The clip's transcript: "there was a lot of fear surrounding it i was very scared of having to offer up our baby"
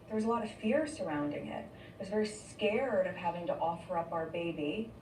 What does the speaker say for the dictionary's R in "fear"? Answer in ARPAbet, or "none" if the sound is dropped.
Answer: R